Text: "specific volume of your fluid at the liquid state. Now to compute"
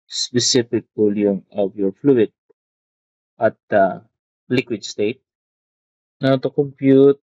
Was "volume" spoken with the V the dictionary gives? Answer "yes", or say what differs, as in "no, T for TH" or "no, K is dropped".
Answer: no, P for V